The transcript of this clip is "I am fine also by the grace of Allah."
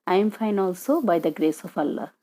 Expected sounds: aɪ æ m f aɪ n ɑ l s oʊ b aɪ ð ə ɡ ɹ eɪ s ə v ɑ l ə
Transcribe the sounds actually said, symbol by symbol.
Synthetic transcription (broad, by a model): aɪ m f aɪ n ɑ l s oʊ b aɪ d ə ɡ ɹ eɪ s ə p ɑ l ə